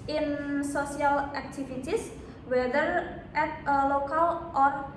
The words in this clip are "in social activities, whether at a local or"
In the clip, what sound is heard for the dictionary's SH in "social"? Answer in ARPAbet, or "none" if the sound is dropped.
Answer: S